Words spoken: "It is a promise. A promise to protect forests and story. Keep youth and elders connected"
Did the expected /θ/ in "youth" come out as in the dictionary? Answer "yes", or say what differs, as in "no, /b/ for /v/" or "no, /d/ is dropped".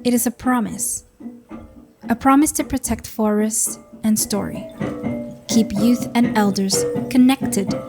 yes